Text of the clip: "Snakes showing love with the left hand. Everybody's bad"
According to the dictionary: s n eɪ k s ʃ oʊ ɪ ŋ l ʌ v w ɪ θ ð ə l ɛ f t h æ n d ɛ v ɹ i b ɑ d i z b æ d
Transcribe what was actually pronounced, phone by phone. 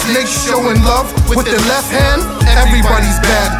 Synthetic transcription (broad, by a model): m eɪ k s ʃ oʊ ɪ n l ʌ v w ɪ ð ə l ɛ f t h æ n d ɛ v ɹ i b ɑ d i z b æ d